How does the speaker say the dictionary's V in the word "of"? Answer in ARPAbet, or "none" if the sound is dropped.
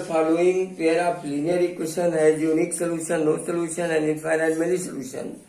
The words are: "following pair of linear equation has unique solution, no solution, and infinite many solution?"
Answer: P